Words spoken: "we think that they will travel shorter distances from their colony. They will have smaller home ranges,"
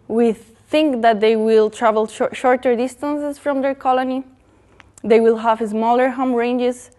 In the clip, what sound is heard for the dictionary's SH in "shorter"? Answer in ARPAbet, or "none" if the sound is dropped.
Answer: SH